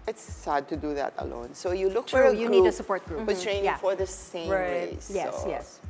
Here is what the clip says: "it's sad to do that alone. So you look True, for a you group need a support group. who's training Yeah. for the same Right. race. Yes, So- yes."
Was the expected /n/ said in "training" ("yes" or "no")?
no